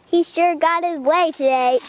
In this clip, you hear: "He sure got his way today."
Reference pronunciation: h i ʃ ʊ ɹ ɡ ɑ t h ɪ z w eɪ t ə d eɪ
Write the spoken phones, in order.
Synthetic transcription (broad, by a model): h i ʃ ʊ ɹ ɡ ɑ t h ɪ z w eɪ t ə d eɪ